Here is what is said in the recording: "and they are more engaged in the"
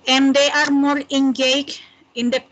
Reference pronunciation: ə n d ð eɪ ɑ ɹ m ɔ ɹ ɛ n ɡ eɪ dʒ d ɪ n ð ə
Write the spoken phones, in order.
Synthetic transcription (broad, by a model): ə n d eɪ ɑ ɹ m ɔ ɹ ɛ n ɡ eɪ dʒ ɪ n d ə